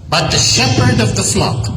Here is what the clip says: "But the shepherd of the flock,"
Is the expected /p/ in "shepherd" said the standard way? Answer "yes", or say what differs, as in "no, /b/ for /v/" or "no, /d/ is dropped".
yes